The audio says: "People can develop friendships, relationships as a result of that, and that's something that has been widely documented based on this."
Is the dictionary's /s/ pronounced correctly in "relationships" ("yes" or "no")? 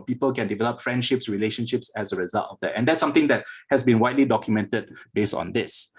yes